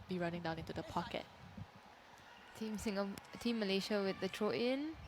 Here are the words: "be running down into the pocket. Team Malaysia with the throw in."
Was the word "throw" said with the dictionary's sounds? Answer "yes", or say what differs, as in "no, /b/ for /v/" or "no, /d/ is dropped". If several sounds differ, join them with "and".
no, /t/ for /θ/